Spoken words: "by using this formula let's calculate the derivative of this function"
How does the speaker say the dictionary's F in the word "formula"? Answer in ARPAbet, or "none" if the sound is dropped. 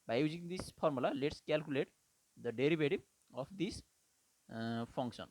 P